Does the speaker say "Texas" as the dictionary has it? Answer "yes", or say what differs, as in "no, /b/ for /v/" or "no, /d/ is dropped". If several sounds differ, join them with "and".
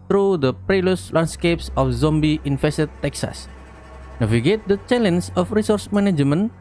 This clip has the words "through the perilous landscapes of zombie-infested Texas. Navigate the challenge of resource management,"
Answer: yes